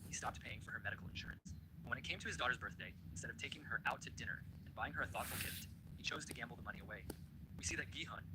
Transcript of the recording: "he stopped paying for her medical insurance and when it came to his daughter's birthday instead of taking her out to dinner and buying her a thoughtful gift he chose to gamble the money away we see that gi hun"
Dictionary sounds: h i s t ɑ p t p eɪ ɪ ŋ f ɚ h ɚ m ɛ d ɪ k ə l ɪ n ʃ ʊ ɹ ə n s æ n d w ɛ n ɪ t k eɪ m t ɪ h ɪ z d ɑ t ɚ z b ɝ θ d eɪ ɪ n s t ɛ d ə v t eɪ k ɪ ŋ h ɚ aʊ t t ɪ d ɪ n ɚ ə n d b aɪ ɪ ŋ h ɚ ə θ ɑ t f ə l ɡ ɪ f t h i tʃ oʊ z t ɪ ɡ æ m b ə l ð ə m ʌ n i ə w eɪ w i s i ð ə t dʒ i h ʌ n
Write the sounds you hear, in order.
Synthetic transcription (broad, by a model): h i s t ɑ p t p eɪ ɪ ŋ f ɚ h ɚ m ɛ d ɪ k l ɪ n ʃ ʊ ɹ ə n s w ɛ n ɪ t k eɪ m t ɪ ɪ z d ɑ t ɚ z b ɝ θ d eɪ ɪ n s t ɛ d ə v t eɪ k ɪ ŋ ɚ aʊ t t ɪ d ɪ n ɚ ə n b aɪ ɪ ŋ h ɚ ə θ ɑ t f l ɡ ɪ f t h i tʃ oʊ z t ɪ ɡ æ m b l ð ə m ʌ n i ə w eɪ w i s i ð ə t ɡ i h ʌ n